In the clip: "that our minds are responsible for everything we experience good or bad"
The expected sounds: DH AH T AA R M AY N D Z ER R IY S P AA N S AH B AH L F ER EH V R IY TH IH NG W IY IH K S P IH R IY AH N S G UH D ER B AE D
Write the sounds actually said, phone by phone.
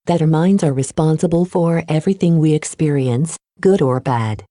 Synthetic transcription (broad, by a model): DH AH T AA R M AY N D Z ER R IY S P AA N S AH B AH L F ER EH V R IY TH IH NG W IY IH K S P IH R IY AH N S G UH D ER B AE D